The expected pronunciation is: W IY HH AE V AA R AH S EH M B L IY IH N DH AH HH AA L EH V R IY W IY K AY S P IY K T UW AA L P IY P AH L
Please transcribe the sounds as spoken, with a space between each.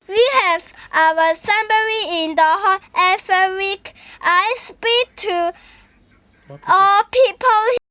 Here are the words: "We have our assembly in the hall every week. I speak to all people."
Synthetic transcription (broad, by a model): W IY HH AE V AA W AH S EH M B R IY IH N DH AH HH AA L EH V IY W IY K AY S P IY K T UW AA L P IY P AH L